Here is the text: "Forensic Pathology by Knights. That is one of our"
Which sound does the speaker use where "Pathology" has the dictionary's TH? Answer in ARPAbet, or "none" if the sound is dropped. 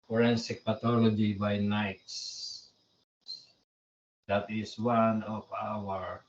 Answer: T